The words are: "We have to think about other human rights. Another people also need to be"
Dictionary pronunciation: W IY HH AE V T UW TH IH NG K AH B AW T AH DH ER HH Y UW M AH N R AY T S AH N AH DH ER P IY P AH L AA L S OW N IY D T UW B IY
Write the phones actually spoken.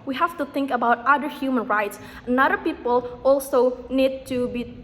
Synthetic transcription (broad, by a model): W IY HH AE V T UW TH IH NG K AH B AW T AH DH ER HH Y UW M AH N R AY T S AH N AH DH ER P IY P AH L AA L S OW N IY D T UW B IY